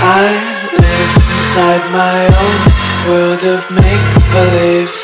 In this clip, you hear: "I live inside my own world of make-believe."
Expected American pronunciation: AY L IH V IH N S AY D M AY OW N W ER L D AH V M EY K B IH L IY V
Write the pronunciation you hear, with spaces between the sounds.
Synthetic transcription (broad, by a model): AY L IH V IH N S AY D M AY OW N W ER L D AH V M EY K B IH L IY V